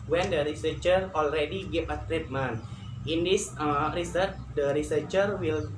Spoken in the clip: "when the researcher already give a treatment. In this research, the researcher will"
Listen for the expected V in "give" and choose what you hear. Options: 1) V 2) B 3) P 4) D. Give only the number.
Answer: 3